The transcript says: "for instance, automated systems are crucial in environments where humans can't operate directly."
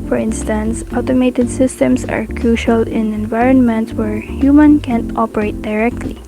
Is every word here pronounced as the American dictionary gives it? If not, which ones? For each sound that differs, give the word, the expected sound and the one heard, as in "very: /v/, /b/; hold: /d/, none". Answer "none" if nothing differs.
systems: /z/, /s/; humans: /z/, none